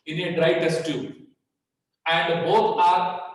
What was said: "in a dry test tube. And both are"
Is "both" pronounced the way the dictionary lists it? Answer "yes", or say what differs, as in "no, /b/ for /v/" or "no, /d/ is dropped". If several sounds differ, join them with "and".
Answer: no, /t/ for /θ/